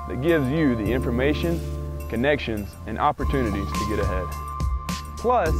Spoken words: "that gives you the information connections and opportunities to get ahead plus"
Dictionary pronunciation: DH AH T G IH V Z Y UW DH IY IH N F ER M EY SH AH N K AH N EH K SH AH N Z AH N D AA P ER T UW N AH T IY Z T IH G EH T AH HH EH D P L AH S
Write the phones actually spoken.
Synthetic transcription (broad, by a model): DH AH T G IH V Z Y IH DH IY IH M F ER M EY SH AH N K AH N EH K SH AH N Z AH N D AA P ER T UW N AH T IY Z T IH G EH T AH HH EH D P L AH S